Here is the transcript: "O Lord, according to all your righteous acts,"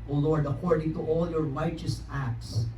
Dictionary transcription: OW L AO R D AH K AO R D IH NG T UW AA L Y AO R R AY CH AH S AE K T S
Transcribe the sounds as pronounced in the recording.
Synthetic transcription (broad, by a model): OW L AO R D AH K AO R D IH NG T UW AA L Y AO R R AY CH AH S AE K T S